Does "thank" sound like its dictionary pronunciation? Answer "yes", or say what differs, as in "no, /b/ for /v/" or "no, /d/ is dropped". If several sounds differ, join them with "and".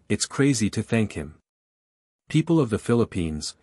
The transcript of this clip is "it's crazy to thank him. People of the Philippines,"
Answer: yes